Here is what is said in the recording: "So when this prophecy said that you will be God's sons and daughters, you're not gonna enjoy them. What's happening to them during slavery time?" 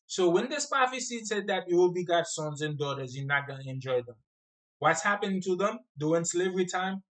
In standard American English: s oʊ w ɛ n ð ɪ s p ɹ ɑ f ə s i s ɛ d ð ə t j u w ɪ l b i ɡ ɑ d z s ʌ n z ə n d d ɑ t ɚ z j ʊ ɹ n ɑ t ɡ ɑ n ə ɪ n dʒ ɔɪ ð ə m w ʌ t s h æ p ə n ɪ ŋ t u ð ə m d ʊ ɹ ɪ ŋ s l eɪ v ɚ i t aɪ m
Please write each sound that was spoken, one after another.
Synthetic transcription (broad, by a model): s oʊ w ɛ n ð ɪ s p ɑ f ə s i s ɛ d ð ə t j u w ɪ l b i ɡ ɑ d s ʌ n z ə n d d ɑ t ɚ z j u n ɑ t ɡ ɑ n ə ɪ n dʒ ɔɪ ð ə m w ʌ t s h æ p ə n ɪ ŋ t u ð ə m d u w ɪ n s l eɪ v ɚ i t aɪ m